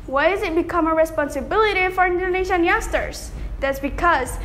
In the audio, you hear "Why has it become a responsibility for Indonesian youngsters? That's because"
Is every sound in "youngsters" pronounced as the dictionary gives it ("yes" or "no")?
no